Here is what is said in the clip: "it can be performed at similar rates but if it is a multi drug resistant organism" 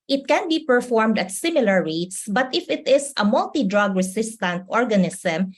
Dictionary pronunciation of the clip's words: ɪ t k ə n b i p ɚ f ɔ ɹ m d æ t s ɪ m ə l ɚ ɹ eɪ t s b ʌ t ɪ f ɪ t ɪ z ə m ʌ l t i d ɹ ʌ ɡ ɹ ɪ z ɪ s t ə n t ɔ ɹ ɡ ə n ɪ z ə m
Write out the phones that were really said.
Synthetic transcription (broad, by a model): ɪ t k ə n b i p ɚ f ɔ ɹ m d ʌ t s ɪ m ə l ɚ ɹ eɪ t s b ʌ t ɪ f ɪ t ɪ s ə m ʌ l t i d ɹ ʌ ɡ ɹ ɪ s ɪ s t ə n t ɔ ɹ ɡ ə n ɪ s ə m